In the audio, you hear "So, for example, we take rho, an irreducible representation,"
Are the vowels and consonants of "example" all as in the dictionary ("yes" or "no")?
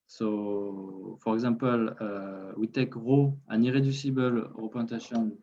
no